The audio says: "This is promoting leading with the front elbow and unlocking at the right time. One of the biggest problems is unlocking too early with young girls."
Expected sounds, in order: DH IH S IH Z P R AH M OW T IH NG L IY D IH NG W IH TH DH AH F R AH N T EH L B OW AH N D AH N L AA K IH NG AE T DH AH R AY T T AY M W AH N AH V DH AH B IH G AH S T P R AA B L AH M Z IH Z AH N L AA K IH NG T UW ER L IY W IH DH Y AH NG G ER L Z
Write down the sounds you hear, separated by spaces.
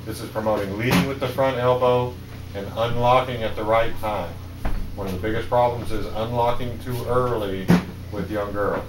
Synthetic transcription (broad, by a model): DH IH S IH Z P R AH M OW T IH NG L IY D IH NG W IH DH AH F R AH N T EH L B OW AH N AH N L AA K IH NG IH T DH AH R AY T T AY M W AH N AH V DH AH B IH G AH S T P R AA B L AH M Z IH Z AH N L AA K IH NG T UW ER L IY W IH DH Y AH NG G ER L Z